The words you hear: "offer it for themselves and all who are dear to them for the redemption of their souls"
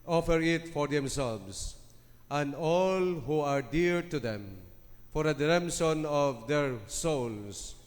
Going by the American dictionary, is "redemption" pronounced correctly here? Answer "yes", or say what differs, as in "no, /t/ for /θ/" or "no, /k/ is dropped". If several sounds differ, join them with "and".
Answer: no, /s/ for /ʃ/